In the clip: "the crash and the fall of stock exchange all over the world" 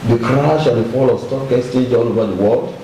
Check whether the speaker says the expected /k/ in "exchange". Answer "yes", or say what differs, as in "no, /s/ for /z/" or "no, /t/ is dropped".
no, /k/ is dropped